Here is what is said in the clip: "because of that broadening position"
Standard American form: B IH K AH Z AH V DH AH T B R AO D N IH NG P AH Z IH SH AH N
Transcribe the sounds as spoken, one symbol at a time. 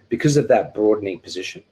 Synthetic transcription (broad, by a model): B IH K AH Z AH V DH AH T B R AO D N IH NG P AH Z IH SH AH N